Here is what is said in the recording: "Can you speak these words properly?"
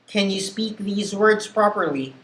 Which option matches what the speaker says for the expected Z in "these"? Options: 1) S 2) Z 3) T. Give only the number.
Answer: 2